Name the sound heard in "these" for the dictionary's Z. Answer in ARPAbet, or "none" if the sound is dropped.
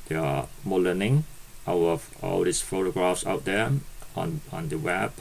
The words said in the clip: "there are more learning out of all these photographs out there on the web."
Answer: S